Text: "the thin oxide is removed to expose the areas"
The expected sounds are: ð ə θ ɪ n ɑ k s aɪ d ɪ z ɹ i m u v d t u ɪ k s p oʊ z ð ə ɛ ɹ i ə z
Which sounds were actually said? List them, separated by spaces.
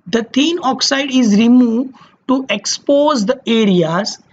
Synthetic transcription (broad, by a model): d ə t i n ɑ k s aɪ d ɪ z ɹ i m u v d t u ɪ k s p oʊ z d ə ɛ ɹ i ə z